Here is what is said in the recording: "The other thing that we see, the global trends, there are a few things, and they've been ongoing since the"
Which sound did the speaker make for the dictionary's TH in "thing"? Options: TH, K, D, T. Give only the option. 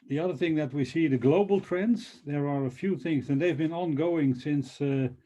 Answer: TH